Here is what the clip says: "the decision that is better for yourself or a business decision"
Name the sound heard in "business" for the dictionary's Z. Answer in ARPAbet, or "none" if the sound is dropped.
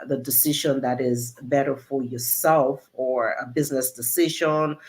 Z